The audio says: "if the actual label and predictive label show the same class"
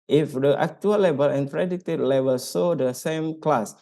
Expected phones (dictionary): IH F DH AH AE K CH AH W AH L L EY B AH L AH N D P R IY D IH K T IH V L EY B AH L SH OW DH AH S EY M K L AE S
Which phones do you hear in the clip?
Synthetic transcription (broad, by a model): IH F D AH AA K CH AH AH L L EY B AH L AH N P R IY D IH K T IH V L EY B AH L S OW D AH S EY M K L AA S